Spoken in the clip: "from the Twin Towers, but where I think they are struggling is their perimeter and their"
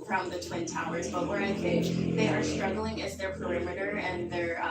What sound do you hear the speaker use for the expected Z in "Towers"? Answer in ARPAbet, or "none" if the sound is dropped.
Z